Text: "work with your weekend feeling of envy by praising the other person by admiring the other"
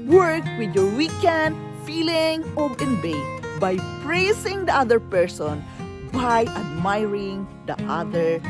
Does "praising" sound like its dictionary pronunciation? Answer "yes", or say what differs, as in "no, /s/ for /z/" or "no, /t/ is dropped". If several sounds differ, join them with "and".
no, /s/ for /z/